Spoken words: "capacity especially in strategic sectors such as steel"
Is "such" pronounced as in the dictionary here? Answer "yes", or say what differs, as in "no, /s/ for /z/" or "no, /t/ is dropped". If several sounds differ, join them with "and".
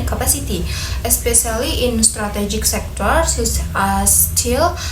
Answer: no, /s/ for /tʃ/